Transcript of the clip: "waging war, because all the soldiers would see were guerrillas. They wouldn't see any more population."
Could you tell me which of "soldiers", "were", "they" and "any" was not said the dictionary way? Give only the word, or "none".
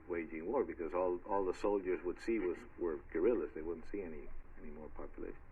none